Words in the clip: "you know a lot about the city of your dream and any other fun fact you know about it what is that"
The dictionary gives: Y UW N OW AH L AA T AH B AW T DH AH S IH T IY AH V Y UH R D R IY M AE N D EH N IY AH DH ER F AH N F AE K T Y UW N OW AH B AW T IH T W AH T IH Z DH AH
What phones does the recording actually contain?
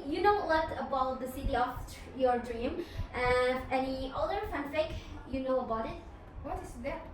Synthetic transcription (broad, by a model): Y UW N OW AH W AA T AH B AW T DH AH S IH T IY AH F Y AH R D R IY M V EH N IY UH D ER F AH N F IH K Y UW N OW AH B AW T IH T W AH T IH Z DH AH